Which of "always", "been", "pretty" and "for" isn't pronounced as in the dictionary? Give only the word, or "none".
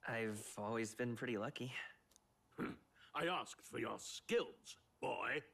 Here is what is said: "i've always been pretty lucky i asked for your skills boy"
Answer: none